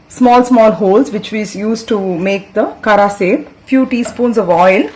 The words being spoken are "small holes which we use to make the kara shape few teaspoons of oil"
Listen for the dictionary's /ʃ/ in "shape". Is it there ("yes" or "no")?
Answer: no